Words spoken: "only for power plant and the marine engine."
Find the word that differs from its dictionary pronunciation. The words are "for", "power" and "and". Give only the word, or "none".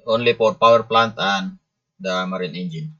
for